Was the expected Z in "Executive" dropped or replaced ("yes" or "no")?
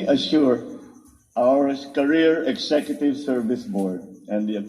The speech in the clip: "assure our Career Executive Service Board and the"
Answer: yes